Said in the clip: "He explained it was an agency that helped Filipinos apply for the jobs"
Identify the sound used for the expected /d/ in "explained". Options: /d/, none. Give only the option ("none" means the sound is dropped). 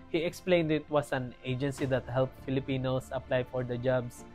/d/